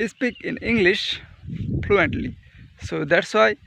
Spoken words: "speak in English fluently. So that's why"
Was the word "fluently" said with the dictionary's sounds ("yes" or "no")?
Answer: no